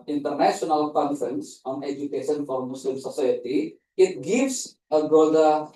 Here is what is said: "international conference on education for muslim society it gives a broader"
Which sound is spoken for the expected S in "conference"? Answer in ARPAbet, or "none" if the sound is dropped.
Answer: S